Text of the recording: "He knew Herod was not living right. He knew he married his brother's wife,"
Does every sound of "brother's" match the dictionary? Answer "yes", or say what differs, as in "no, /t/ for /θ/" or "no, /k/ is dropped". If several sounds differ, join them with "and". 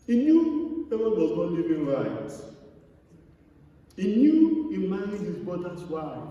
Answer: no, /ɹ/ is dropped